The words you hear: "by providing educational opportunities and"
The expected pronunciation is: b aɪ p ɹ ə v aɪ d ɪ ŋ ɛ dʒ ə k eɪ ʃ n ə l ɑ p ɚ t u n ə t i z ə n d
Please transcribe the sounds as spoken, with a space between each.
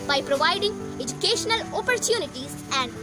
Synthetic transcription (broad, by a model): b aɪ p ɹ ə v aɪ d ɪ ŋ ɛ dʒ ə k eɪ ʃ n ə l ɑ p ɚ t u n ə t i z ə n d